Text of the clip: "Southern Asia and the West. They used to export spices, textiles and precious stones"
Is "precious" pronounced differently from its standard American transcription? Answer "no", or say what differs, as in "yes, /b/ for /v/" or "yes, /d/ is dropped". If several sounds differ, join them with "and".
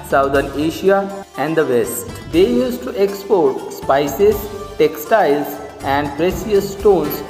yes, /s/ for /ʃ/